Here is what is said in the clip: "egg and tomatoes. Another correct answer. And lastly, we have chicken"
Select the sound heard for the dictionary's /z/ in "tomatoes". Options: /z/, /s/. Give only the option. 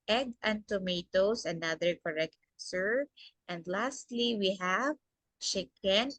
/s/